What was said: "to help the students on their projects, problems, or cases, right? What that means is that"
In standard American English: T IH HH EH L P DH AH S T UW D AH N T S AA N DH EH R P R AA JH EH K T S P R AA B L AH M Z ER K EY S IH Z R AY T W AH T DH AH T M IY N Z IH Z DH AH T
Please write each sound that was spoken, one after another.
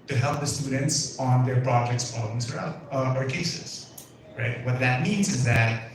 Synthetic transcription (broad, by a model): T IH HH EH L P DH AH S T UW D N T S N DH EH R P R AA JH EH K T S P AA L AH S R ER K EY S IH Z R AY T W AH T DH AH T M IY N Z IH Z DH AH T